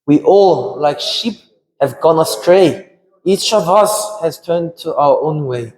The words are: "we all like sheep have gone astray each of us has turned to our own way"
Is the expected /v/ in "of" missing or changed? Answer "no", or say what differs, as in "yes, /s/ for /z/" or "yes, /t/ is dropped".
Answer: no